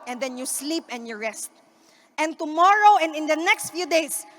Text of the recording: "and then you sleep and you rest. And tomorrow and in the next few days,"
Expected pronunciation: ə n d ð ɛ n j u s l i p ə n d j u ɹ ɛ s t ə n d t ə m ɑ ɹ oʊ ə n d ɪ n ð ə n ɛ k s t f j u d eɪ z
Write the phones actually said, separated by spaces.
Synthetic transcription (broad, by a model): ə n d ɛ n j u s l i p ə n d j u ɹ ɛ s t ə n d t ə m ɑ ɹ oʊ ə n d ɪ n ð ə n ɛ k s t f j u d eɪ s